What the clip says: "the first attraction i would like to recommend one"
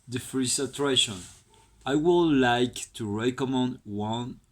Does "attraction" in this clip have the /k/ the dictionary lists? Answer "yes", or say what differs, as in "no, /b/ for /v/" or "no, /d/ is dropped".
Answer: no, /k/ is dropped